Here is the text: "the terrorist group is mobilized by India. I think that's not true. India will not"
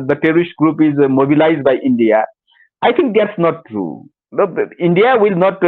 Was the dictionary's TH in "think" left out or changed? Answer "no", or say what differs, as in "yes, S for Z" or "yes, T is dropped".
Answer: yes, T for TH